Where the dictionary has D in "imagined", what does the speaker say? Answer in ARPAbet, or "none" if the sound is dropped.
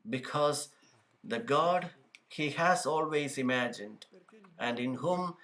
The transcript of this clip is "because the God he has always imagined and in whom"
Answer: D